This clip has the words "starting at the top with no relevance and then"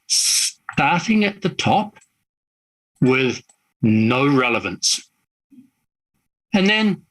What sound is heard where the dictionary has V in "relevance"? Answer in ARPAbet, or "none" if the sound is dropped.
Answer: V